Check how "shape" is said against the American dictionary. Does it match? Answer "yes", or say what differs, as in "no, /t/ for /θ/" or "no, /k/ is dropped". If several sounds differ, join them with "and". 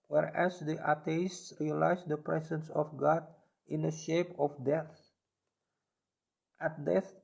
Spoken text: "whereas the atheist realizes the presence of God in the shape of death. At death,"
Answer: yes